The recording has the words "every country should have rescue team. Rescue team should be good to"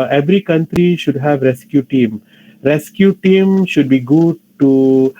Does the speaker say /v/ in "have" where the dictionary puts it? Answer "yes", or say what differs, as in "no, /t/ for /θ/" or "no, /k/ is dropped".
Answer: yes